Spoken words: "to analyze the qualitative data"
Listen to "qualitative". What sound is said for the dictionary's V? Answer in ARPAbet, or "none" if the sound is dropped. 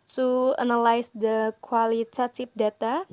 P